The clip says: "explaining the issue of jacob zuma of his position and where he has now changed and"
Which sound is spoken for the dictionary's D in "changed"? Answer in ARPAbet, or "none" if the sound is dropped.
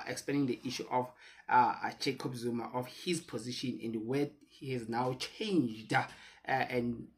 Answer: D